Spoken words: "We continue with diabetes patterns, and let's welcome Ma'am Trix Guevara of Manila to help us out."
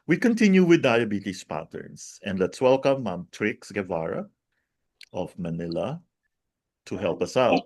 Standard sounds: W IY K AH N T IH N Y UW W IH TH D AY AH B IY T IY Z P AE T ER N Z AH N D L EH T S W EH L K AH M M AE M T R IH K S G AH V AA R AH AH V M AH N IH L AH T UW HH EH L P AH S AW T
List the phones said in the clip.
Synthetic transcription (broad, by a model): W IY K AH N T IH N Y UW W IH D AY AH B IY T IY S P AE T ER N S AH N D L EH T S W EH L K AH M M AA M T R IH K S G AH V AA R AH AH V M AH N IH L AH T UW HH EH L P AH S AW T